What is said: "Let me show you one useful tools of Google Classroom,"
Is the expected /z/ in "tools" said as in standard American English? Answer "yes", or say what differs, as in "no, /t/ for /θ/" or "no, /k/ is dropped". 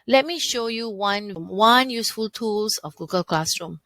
no, /s/ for /z/